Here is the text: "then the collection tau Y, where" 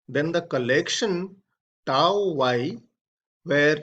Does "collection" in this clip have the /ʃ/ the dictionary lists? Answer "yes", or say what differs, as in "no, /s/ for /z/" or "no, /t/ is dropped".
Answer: yes